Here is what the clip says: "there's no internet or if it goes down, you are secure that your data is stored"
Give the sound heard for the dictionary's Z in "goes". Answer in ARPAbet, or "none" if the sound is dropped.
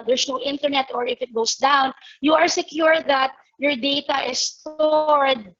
S